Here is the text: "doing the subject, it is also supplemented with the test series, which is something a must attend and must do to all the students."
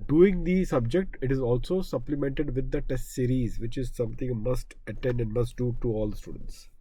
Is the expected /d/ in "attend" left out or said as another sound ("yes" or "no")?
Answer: no